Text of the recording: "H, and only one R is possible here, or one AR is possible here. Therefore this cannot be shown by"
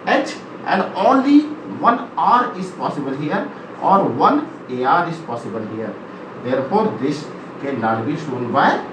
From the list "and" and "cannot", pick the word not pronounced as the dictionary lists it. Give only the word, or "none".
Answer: cannot